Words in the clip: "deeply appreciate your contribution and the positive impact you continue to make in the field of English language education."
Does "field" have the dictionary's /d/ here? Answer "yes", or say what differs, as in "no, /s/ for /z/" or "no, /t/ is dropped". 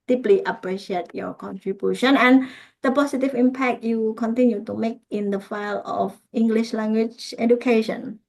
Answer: no, /d/ is dropped